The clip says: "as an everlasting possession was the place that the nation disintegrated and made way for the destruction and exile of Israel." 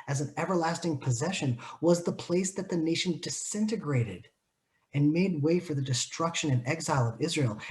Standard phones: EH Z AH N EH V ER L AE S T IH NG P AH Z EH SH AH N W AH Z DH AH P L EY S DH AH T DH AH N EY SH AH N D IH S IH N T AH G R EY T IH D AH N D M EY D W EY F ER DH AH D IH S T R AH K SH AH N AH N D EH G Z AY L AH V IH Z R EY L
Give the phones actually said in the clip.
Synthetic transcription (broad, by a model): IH Z N EH V ER L AE S T IH NG P AH Z EH SH AH N W AH Z DH AH P L EY S DH AH T DH AH N EY SH N D IH S IH N T AH G R EY T IH D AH N M EY D W EY F ER DH AH D IH S T R AH K SH AH N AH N EH G Z AY L AH V IH Z R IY L